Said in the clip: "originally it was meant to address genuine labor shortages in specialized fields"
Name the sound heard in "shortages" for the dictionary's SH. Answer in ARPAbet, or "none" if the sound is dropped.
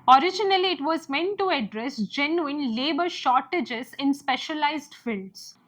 SH